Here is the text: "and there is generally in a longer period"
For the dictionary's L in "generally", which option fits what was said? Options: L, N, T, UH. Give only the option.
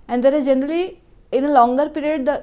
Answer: L